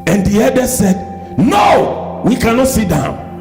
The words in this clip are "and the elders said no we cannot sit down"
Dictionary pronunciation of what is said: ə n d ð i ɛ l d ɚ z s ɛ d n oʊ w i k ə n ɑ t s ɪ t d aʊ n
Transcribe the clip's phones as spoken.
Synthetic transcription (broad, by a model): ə n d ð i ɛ d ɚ s ɛ d n oʊ w i k ə n ɑ t s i t d aʊ n